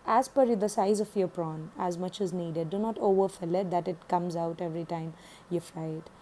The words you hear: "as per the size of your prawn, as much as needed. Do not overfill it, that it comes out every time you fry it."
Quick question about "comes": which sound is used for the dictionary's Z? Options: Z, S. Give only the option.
Z